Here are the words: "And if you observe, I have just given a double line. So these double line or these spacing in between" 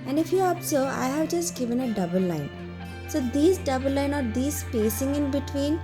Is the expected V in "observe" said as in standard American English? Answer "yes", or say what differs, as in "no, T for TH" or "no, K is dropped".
no, V is dropped